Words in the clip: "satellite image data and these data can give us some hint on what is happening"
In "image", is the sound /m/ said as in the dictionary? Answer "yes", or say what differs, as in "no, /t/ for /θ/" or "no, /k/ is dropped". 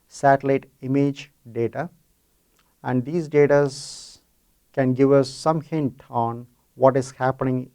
yes